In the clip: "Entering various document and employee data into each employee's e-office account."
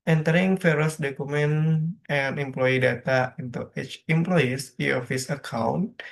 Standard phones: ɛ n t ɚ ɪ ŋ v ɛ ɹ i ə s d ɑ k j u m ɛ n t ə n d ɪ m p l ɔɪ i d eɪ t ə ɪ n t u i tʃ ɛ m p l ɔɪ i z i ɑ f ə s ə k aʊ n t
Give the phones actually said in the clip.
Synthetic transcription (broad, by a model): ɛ n t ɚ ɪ ŋ f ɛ ɹ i s d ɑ k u m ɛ n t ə n ɪ m p l ɔɪ i d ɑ t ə ɪ n t u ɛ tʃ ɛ m p l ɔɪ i s i ɑ f ə s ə k aʊ n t